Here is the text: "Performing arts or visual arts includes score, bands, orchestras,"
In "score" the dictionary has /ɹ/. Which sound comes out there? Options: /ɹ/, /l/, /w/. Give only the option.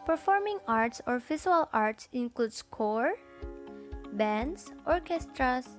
/ɹ/